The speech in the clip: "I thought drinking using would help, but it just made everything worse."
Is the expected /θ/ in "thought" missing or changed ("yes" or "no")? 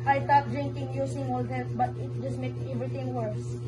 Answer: yes